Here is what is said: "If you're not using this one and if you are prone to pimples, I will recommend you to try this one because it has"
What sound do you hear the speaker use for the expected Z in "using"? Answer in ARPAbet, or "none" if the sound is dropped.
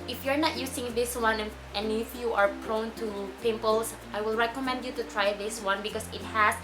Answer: S